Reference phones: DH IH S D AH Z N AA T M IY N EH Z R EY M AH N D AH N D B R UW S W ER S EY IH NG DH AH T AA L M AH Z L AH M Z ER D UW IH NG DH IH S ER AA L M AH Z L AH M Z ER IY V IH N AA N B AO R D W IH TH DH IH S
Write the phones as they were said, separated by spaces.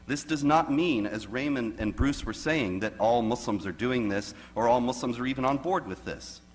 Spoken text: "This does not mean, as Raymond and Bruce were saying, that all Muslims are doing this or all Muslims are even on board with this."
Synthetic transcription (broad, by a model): DH IH S D AH Z N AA T M IY N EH Z R EY M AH N AH N B R UW S W ER S EY IH NG DH AH T AA L M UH S L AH M Z ER D UW IH NG DH IH S ER AA L M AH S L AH M Z ER IY V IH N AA N B AO R D W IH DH IH S